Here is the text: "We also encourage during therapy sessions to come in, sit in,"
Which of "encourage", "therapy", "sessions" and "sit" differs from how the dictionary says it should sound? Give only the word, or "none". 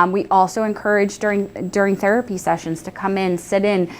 none